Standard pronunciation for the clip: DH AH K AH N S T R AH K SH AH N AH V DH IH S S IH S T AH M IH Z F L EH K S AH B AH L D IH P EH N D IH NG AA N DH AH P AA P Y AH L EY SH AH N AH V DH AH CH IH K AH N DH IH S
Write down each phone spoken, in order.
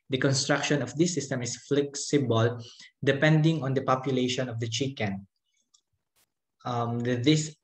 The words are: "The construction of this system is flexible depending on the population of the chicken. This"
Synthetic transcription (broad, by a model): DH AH K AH N S T R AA K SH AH N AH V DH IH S S IH S T AH M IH S F L EH K S AH B AH L D IH P EH N D IH NG AA N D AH P AA P Y AH L EY SH AH N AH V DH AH CH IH K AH N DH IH S